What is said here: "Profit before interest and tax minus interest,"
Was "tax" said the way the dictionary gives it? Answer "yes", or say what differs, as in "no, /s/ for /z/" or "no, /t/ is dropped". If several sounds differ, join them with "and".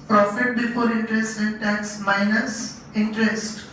no, /k/ is dropped